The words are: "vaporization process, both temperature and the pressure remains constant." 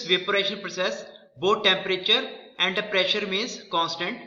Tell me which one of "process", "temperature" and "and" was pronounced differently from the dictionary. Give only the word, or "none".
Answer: none